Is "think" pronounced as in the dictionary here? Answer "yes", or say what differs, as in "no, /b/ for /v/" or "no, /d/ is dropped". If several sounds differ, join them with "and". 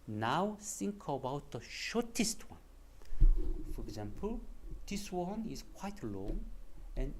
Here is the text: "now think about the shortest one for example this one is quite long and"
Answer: no, /s/ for /θ/